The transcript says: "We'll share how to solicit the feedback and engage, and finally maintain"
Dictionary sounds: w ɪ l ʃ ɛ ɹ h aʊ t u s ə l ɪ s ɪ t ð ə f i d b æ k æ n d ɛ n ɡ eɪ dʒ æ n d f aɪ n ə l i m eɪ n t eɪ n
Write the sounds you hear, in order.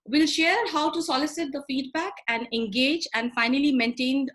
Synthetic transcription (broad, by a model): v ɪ l ʃ ɛ ɹ h aʊ t u s ə l ɪ s ɪ t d ə f i d b æ k æ n d ɛ n ɡ eɪ dʒ æ n d f aɪ n ə l i m eɪ n t eɪ n